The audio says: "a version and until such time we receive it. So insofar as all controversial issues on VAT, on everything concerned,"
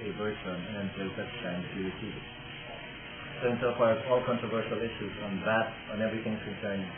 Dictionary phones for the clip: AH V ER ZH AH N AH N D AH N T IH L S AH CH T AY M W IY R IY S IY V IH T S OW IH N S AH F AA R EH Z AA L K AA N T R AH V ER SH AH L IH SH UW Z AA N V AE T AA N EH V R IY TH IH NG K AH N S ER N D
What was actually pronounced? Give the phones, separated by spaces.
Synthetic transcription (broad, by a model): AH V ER S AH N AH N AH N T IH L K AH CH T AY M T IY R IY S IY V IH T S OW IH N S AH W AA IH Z AA L K AA N T R AH V ER SH AH L IH SH UW Z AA N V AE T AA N EH V R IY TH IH NG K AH N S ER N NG